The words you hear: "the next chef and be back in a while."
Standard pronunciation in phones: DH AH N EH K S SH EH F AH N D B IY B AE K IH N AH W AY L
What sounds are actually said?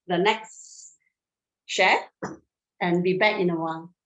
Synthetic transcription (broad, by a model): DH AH N EH K S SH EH AH N B IY B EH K IH N AH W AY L